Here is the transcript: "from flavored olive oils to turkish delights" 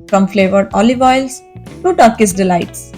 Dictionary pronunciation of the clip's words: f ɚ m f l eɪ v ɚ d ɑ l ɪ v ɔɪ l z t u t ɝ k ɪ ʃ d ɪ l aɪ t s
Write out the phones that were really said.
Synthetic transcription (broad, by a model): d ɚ m f l eɪ v ɚ d ɑ l ɪ v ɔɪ l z t u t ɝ k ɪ s d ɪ l aɪ t s